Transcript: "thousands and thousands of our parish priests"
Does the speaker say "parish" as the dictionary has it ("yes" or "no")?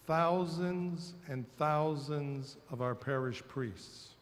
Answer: yes